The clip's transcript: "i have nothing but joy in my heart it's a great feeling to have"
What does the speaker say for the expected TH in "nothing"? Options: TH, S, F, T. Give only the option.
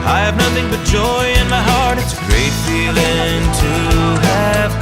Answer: TH